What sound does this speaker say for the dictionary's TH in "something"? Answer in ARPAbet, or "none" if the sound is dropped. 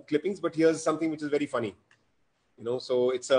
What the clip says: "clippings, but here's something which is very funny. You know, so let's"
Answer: T